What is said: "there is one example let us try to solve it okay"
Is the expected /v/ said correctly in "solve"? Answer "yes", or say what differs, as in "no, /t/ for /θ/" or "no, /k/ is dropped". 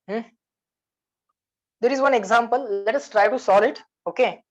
no, /v/ is dropped